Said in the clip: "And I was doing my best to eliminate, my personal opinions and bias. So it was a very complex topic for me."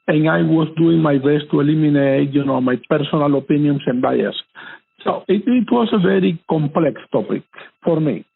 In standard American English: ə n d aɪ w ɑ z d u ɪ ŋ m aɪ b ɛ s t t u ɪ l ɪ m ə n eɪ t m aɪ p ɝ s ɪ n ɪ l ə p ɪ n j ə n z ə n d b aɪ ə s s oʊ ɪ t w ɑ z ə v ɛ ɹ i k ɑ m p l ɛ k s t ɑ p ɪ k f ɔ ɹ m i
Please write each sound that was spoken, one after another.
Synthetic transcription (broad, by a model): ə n aɪ w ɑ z d u ɪ ŋ m aɪ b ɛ s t t u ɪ l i m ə n eɪ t m aɪ p ɝ s ɪ n ɪ l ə p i n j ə n s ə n b aɪ ə s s oʊ ɪ t w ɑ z ə v ɛ ɹ i k ɑ m p l ɛ k s t ɑ p ɪ k f ɔ ɹ m i